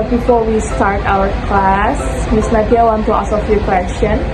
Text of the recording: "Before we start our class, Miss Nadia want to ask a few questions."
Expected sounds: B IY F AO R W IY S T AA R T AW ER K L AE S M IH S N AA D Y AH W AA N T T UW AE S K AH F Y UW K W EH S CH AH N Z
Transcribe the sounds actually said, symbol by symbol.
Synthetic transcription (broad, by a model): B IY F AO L W IY S T AA R T AW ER K L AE S M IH S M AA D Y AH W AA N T T UW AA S AH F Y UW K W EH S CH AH N